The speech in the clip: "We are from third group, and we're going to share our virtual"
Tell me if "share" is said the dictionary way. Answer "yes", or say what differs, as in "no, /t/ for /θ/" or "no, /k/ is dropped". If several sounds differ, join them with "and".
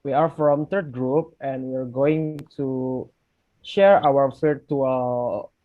yes